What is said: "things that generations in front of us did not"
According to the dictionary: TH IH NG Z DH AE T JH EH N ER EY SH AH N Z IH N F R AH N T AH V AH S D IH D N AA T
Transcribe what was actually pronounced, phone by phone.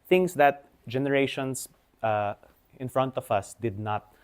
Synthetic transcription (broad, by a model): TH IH NG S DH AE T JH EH N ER EY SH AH N S IH N F R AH N T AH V AH S D IH D N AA T